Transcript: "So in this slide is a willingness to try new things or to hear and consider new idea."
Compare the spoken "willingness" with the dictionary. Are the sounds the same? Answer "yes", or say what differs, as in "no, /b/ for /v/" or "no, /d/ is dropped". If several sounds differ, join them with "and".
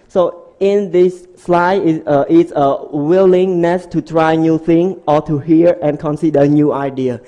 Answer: yes